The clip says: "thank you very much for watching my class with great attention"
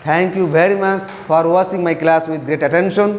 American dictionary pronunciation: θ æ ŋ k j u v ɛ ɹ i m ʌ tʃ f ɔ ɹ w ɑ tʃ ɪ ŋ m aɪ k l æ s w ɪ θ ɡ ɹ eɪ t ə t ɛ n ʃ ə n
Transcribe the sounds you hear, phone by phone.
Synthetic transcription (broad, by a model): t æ ŋ k j u v ɛ ɹ i m ʌ tʃ f ɔ ɹ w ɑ s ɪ ŋ m aɪ k l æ s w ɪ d ɡ ɹ eɪ t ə t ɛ n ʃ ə n